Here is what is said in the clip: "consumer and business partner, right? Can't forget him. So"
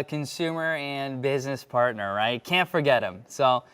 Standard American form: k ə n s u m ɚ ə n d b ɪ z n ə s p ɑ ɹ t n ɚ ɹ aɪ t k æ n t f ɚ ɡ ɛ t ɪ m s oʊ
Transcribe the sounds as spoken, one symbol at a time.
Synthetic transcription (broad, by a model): k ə n s u m ɚ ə n b ɪ z n ə s p ɑ ɹ t n ɚ ɹ aɪ t k æ n t f ɚ ɡ ɛ t ɪ m s oʊ